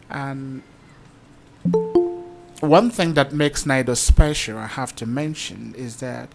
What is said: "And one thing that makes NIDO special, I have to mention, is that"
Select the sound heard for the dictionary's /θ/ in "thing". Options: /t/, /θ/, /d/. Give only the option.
/θ/